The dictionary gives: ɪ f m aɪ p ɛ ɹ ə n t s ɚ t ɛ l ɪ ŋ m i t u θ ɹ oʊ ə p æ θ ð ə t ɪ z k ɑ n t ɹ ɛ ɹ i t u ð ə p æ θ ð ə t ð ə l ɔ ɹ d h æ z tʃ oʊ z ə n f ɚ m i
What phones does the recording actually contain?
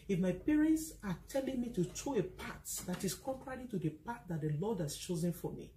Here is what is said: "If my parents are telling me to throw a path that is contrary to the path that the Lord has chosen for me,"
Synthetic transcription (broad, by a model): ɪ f m aɪ p ɛ ɹ ə n t s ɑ t ɛ l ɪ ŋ m i t u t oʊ ə p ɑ t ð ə t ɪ s k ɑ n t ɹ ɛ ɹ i t u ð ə p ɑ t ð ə t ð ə l ɔ d h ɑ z tʃ oʊ z ə n f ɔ m i